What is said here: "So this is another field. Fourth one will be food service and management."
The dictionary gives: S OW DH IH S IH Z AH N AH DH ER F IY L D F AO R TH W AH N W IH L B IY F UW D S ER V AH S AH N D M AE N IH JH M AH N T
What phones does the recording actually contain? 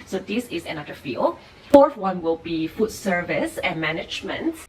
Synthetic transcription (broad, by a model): S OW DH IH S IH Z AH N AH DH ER F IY L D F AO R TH W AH N W IH L B IY F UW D S ER V AH S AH N M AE N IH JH M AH N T